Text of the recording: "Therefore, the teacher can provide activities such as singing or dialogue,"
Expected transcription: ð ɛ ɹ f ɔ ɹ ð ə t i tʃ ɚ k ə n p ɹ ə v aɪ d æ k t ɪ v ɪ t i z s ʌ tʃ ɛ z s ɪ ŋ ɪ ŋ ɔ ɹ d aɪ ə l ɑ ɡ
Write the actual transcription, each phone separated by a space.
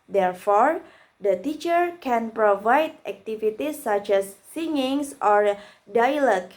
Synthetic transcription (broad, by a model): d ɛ ɹ f ɔ ɹ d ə t i tʃ ɚ k ə n p ɹ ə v aɪ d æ k t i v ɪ t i s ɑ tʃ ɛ s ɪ ŋ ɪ ŋ ɔ ɹ d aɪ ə l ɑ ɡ